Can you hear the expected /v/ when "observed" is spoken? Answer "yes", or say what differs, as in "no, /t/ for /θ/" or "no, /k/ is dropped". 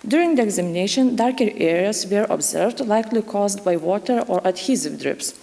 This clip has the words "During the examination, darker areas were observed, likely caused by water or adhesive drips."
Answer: yes